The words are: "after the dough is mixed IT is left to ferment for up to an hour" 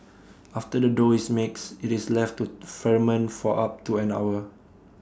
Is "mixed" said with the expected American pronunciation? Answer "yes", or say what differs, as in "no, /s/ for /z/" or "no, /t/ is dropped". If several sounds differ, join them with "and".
no, /t/ is dropped